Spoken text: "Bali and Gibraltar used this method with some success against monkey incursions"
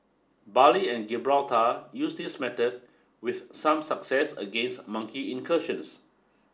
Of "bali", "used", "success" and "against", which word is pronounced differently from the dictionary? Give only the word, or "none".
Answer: used